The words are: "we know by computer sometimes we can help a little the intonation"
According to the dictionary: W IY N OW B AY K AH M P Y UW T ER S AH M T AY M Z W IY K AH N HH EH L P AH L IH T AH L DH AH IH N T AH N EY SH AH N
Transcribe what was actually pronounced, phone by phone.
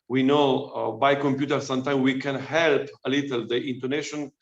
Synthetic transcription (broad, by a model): W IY N OW B AY K AH M P Y UW T ER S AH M T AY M W IY K AH N HH EH L P AH L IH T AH L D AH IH N T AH N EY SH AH N